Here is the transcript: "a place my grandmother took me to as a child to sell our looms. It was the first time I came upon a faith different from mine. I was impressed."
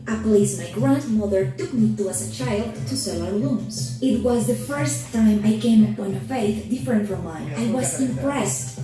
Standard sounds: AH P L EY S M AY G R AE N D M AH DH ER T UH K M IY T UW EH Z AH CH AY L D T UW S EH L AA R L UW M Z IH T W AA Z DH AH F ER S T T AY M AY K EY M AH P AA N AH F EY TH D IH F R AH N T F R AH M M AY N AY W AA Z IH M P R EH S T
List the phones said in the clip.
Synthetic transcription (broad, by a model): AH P L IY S M AY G R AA N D M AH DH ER T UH K M IY T UW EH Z AH CH AY L D T UW S EH L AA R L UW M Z IH T W AA Z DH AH F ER S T T AY M AY K EY M AH P AA N AH F EY TH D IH F R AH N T F R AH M M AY AY W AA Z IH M P R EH S T